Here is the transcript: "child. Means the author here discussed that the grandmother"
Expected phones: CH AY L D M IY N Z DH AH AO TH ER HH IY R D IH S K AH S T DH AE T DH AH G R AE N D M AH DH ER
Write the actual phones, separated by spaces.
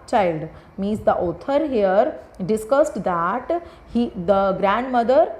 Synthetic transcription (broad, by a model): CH AY L D M IY Z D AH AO T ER HH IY R D IH S K AH S T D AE T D AH G R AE N D M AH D ER